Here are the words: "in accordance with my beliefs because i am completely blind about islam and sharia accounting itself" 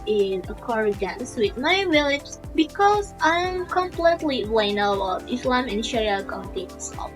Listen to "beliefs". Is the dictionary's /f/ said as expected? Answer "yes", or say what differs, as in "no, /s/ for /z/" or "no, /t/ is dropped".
no, /f/ is dropped